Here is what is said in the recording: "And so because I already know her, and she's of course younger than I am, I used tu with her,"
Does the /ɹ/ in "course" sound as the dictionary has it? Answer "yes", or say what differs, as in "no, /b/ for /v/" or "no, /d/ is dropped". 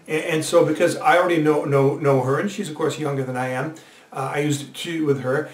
yes